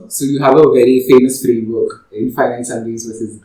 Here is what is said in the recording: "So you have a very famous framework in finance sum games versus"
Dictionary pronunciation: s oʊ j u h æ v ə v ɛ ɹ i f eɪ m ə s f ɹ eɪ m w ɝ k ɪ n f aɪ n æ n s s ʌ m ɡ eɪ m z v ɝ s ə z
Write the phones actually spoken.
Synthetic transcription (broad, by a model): s oʊ j u h æ v ə v ɛ ɹ i f eɪ m ə s f ɹ eɪ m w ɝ k ɪ n f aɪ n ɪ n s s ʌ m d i z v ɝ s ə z